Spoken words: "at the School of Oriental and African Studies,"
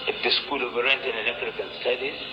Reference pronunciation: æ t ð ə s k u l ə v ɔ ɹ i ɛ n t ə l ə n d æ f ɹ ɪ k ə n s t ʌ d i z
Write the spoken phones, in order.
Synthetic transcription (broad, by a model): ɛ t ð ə s k u l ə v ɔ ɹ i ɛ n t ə n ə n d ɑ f ɹ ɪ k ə n s t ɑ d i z